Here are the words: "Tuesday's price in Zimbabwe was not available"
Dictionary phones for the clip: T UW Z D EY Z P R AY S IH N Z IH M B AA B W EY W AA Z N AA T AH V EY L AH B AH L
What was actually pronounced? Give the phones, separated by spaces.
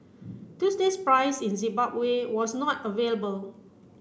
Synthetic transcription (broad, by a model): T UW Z D EY S P R AY S IH N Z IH B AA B W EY W AA S N AA T AH V EY L AH B AH L